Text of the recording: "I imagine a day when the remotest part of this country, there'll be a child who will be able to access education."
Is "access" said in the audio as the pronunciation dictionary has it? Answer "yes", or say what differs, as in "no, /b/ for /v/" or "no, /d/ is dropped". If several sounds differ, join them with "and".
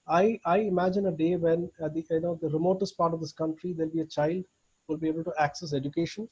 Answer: yes